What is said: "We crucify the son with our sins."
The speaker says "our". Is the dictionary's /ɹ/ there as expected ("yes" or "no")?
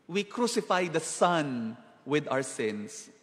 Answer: no